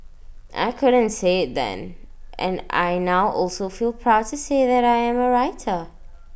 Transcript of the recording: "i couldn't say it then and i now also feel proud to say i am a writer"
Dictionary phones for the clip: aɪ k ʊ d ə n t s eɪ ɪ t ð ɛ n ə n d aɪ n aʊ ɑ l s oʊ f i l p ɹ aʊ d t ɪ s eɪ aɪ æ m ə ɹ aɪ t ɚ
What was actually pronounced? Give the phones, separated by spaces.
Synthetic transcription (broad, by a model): aɪ k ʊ d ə n t s eɪ ɪ t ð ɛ n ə n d aɪ n aʊ ɑ l s oʊ f i l p ɹ aʊ d t ɪ s eɪ aɪ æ m ə ɹ aɪ t ɚ